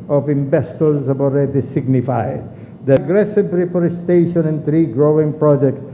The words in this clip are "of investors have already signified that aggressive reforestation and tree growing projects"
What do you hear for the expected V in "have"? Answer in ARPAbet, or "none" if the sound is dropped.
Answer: B